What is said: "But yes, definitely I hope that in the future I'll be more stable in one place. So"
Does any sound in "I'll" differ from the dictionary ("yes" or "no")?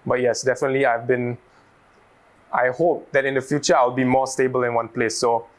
yes